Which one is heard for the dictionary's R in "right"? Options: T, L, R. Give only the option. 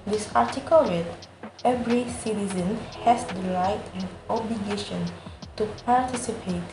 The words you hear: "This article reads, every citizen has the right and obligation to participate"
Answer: L